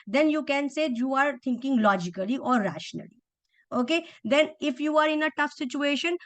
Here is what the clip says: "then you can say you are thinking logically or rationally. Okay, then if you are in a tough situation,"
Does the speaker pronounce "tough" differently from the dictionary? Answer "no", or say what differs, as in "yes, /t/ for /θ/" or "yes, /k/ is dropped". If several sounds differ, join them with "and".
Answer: no